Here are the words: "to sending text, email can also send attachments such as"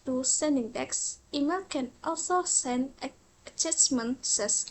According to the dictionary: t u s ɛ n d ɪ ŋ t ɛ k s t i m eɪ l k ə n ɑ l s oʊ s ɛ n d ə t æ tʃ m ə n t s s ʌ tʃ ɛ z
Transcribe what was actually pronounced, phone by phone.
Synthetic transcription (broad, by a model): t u s ɛ n d ɪ ŋ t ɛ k s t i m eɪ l k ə n ɑ l s oʊ s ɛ n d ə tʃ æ s m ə n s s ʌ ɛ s